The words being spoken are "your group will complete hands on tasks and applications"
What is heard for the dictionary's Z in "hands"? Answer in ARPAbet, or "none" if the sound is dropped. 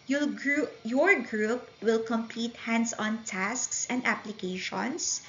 S